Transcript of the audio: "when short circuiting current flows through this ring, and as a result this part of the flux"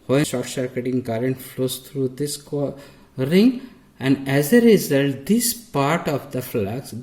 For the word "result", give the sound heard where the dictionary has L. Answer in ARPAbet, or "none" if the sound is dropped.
L